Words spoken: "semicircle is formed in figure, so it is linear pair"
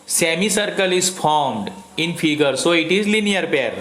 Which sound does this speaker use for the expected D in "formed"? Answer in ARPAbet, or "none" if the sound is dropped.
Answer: D